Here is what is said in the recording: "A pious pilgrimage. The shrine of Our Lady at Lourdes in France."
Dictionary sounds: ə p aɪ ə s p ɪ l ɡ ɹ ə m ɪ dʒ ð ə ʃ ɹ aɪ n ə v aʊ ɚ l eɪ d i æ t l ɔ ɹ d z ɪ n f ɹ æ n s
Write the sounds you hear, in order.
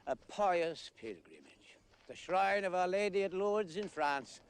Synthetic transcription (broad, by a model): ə p aɪ ə s p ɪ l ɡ ɹ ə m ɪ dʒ ð ə ʃ ɹ aɪ n ə v aʊ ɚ l eɪ d i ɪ t l ɔ ɹ d z ɪ n f ɹ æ n s